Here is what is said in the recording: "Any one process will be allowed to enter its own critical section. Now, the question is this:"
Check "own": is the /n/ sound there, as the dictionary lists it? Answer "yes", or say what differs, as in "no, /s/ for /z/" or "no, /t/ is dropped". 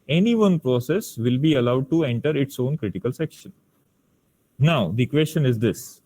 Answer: yes